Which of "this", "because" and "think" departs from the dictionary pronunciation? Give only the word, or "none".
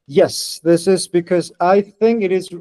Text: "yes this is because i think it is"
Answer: none